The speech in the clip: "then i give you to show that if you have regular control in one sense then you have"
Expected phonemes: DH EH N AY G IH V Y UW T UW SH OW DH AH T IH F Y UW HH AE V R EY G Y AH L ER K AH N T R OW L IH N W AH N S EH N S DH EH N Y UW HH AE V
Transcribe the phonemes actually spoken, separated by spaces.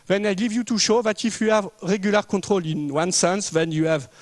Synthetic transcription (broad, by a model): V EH N AY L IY V Y UW T UW SH OW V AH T IH F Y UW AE V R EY G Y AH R K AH T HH OW L IH N W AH N S EH N S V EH N Y UW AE V